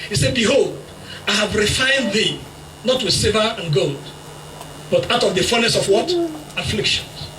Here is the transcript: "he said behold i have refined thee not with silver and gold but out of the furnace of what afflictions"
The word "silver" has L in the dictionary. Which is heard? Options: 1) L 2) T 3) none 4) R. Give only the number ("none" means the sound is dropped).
3